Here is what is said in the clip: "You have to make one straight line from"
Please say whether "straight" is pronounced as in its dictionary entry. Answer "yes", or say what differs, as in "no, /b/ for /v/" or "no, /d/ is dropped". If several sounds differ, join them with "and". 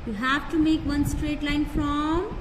yes